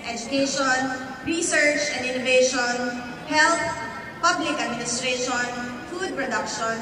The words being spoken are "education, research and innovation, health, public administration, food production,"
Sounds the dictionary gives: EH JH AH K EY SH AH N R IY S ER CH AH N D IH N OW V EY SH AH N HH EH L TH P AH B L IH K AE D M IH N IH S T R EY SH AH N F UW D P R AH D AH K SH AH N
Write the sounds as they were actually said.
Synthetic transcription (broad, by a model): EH JH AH K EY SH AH N R IY S ER CH AH N D IH N OW V EY SH AH N HH EH L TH P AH B L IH K AE D M IH N IH S T R EY SH AH N F UW D P R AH D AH K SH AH N